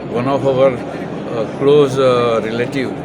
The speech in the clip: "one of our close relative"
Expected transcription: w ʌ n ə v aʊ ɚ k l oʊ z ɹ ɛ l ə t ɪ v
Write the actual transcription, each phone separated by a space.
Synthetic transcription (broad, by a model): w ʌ n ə p aʊ ɚ k l oʊ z ɹ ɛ l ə t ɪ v